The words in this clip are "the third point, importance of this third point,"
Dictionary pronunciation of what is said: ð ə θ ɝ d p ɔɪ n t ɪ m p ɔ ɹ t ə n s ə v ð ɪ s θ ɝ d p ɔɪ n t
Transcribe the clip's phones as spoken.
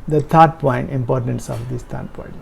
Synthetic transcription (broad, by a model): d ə t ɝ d p ɔɪ n t ɪ m p ɔ ɹ t ə n s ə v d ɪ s t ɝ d p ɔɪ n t